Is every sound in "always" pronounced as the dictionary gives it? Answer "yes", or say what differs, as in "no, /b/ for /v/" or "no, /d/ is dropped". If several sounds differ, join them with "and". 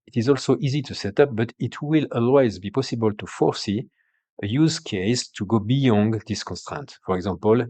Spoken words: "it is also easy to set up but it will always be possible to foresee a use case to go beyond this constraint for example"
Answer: yes